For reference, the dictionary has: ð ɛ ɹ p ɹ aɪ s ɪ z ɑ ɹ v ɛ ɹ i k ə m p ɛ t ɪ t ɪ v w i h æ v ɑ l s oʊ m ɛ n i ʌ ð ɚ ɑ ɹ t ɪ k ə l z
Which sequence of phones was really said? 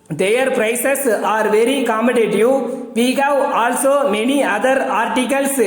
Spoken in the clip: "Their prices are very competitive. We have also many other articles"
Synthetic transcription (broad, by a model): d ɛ ɹ p ɹ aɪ s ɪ s ɑ ɹ v ɛ ɹ i k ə m ɛ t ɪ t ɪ v i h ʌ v ɑ l s oʊ m ɛ n i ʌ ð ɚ ɑ ɹ t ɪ k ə l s